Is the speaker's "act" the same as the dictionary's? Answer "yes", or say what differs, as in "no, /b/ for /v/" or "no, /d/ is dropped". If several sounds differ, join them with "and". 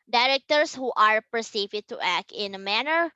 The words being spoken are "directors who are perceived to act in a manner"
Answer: yes